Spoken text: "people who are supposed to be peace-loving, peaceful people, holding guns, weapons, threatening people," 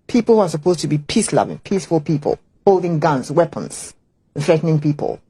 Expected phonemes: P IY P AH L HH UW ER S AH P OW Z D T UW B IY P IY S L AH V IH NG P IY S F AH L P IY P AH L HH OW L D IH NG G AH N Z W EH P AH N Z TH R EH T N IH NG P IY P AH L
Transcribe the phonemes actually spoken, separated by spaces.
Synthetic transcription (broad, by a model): P IY P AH L HH UW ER S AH P OW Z T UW B IY P IY S L AH V IH NG P IY S F AH L P IY P AH L HH OW L D IH NG G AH N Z W EH P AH N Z TH R EH T N IH NG P IY P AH L